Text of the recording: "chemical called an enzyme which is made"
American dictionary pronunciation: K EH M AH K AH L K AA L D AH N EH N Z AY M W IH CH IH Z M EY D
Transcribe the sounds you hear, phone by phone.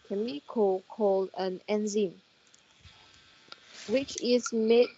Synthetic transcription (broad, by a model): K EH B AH K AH K AA L D AH N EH N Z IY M W IH CH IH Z M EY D